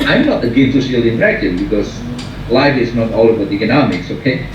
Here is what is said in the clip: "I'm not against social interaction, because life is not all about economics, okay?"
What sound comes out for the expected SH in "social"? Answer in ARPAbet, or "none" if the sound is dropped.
none